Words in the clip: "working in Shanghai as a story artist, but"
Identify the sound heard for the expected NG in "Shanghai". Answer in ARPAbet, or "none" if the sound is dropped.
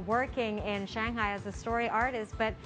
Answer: NG